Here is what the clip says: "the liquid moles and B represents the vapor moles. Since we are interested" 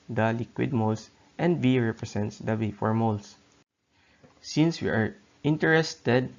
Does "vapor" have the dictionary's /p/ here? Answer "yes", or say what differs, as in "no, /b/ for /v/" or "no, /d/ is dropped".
no, /f/ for /p/